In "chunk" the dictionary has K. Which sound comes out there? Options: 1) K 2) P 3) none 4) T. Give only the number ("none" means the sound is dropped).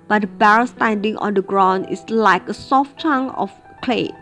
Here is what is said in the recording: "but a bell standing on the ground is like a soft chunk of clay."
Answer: 3